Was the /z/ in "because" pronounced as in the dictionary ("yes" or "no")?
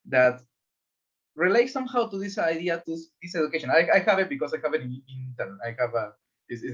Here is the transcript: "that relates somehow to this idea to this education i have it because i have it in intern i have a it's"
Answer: no